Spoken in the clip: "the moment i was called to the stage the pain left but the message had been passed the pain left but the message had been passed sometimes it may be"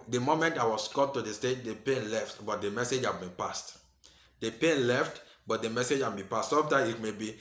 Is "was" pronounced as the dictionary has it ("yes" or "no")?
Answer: no